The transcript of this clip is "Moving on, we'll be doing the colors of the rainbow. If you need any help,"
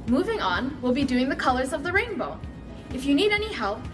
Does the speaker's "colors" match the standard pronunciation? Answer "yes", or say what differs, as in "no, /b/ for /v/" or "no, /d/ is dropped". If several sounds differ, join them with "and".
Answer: yes